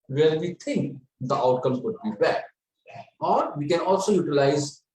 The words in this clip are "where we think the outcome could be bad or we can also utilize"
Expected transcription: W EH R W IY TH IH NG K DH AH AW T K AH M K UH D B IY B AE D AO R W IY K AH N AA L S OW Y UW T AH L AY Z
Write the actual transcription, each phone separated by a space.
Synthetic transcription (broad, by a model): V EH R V IY T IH NG K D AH AW T K AH M K UH D B IY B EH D AO R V IY K AH N AA L S OW Y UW T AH L AY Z